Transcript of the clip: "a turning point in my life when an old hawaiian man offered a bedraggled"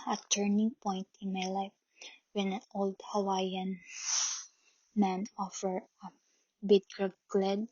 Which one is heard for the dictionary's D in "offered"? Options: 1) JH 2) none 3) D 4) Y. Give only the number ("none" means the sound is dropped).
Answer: 2